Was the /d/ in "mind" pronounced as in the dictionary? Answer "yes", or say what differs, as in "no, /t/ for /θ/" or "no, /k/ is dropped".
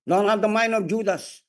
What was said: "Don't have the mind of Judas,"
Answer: no, /d/ is dropped